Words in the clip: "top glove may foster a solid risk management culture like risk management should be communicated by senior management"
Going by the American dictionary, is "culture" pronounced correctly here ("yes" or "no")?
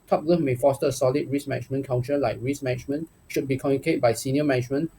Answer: no